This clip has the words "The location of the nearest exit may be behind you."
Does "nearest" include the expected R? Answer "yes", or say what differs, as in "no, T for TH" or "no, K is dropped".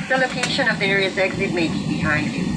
no, R is dropped